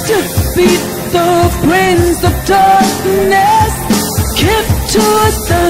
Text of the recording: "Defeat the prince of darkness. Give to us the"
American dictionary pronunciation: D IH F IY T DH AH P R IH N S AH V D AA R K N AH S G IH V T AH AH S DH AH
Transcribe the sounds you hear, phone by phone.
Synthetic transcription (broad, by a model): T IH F IY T DH AH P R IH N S AH V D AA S N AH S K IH P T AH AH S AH